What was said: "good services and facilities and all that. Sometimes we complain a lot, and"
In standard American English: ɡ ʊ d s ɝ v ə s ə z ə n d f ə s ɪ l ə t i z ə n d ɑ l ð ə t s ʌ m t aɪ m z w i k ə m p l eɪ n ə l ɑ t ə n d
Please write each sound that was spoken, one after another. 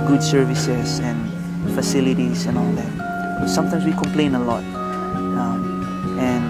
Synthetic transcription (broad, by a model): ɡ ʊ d s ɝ v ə s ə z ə n f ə s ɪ l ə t i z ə n ɑ l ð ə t s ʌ m t aɪ m s w i k ə m p l eɪ n ə l ɑ t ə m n